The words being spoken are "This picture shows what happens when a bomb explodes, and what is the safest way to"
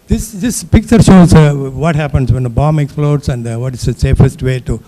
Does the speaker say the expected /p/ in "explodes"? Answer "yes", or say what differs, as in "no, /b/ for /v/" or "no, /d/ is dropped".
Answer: no, /f/ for /p/